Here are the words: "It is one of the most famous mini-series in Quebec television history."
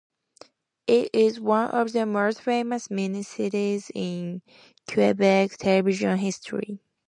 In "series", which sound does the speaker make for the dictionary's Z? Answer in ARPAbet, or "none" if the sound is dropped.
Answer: Z